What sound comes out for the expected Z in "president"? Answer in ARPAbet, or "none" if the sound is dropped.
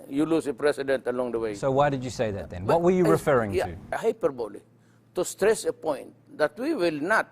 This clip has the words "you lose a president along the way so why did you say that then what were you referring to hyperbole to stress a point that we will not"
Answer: S